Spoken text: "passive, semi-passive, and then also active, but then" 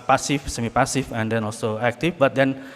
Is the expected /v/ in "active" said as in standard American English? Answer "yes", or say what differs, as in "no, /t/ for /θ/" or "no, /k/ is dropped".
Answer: no, /f/ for /v/